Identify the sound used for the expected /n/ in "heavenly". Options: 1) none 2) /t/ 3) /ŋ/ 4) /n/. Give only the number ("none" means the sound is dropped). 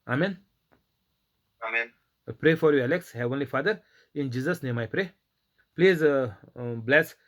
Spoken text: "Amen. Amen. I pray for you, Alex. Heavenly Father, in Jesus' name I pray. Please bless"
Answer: 4